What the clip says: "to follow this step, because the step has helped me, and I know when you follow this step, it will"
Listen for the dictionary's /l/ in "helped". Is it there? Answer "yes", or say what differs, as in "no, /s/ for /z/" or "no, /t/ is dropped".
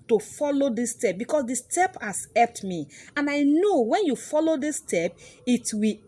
no, /l/ is dropped